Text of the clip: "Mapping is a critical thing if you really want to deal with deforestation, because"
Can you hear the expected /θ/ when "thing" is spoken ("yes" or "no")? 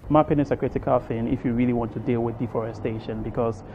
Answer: no